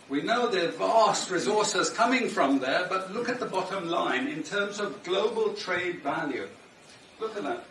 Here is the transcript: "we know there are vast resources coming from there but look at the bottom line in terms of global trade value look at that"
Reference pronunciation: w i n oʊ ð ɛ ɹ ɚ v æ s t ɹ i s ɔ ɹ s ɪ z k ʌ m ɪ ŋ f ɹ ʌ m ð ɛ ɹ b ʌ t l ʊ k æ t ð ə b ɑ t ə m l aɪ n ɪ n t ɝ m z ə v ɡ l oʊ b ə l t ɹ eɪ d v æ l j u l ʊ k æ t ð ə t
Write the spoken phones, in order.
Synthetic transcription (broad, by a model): w i n oʊ ð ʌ ɹ v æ s t ɹ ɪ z ɔ ɹ s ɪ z k ʌ m ɪ ŋ f ɹ ʌ m ð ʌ ɹ b ʌ t l ʊ k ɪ t ð ə b ɑ t ə m l aɪ n ɪ n t ɝ m z ə v ɡ l oʊ b ə l t ɹ eɪ d v æ l j u l ʊ k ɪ t ð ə t